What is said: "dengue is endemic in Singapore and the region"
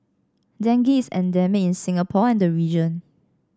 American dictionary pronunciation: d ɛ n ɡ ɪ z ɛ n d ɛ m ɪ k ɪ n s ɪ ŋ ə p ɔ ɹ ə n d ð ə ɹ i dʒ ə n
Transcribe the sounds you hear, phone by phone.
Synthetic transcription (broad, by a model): d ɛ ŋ ɡ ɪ s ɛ n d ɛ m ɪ ɪ n s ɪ ŋ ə p ɔ ə n d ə ɹ i dʒ ə n